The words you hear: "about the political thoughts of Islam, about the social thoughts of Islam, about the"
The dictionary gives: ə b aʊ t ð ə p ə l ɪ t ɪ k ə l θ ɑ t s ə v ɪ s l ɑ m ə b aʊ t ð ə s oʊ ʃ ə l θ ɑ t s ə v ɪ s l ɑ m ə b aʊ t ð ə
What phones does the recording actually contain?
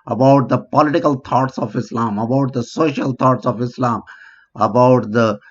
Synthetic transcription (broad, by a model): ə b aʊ t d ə p ə l ɪ t ɪ k ə l t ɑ t s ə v ɪ s l ɑ m ə b aʊ t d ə s oʊ ʃ ə l t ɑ t s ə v ɪ s l ɑ m ə b aʊ t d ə